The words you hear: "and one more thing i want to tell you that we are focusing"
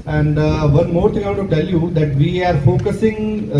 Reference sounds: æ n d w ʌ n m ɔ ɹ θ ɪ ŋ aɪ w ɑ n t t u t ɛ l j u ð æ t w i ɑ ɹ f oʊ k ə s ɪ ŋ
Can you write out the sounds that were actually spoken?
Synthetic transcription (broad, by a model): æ n d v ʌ n m ɔ ɹ t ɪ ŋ aɪ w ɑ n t t u t ɛ l j u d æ t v i ɑ ɹ f oʊ k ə s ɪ ŋ